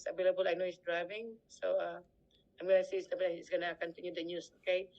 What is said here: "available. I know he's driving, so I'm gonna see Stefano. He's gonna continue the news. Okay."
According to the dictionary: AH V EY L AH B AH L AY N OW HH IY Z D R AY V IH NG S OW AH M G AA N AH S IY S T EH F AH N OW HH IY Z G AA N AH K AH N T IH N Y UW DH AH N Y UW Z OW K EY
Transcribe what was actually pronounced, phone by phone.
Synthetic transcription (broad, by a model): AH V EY L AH B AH L AY N OW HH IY S D R AY V IH NG S OW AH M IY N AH S IY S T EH AH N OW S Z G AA N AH K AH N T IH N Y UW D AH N Y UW S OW K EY